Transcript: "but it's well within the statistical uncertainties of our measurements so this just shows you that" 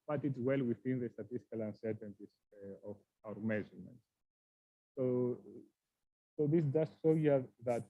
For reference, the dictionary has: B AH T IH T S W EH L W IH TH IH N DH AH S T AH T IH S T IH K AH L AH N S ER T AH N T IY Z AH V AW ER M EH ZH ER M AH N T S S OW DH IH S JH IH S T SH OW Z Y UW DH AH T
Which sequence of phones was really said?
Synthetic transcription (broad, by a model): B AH T IH T S W EH L W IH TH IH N DH AH S T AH T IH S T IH K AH L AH N S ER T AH N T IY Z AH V AW ER M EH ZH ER M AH N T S S OW DH IH S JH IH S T S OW Y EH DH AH T